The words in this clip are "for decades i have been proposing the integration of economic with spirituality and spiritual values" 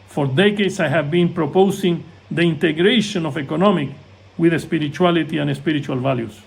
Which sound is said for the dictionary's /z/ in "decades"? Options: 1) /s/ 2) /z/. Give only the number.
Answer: 1